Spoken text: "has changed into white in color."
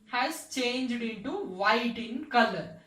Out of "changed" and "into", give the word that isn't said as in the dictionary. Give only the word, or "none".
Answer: none